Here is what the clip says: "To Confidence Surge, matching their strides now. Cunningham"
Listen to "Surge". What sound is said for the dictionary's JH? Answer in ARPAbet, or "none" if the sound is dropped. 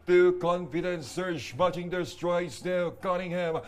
SH